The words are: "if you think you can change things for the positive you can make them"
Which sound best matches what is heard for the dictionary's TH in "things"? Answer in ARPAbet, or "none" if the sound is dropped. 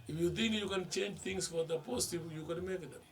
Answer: T